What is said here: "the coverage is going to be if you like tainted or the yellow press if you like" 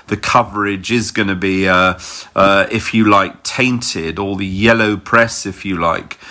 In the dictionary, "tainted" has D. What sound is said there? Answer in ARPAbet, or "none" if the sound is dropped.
D